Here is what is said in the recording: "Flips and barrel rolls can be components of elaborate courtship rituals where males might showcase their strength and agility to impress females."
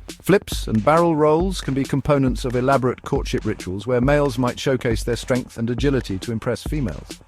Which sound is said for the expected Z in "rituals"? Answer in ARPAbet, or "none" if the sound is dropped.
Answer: Z